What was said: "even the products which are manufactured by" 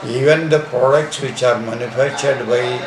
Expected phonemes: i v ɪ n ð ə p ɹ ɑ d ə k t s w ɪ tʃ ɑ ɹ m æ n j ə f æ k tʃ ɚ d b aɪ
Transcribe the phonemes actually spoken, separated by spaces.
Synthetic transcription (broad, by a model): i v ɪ n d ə p ɹ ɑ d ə k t s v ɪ tʃ ɑ ɹ m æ n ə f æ tʃ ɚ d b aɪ